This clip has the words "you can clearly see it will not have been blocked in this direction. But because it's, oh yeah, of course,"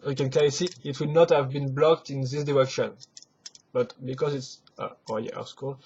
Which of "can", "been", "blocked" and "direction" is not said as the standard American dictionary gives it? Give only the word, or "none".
none